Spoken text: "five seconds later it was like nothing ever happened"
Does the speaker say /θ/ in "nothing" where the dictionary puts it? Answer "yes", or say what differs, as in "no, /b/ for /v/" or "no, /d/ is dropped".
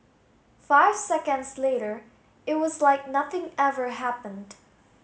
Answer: yes